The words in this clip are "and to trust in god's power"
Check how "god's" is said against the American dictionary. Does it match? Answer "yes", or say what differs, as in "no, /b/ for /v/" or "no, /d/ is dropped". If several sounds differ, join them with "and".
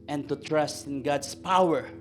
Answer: no, /s/ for /z/